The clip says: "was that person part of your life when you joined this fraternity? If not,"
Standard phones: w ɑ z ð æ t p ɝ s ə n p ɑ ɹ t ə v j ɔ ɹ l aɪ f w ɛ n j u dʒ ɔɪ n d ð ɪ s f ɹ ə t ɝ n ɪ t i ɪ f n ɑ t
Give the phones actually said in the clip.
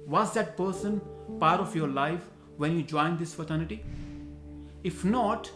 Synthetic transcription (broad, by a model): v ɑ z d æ t p ɝ s ə n p ɑ ɹ t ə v j ɔ ɹ l aɪ f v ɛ n j u dʒ ɔɪ n d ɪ s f ə t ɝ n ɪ t i ɪ f n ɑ t